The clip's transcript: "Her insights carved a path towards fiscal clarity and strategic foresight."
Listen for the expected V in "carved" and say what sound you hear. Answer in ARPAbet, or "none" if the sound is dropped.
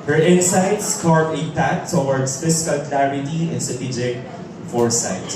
none